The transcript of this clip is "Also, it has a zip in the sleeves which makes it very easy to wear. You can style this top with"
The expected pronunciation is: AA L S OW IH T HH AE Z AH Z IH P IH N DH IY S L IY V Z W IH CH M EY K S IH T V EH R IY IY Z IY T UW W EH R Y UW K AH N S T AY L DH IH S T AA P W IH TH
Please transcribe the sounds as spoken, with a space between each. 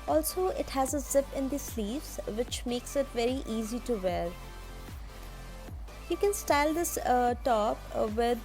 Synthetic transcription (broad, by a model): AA L S OW IH T HH AE Z AH Z IH P IH N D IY S L IY V Z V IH CH M EY K S IH T V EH R IY IY Z IY T UW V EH R Y UW K AH N S T AY L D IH S T AA P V IH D